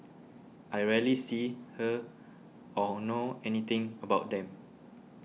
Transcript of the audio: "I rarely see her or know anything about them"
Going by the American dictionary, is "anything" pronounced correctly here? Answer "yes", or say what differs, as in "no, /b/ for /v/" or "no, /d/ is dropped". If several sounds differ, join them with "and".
no, /t/ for /θ/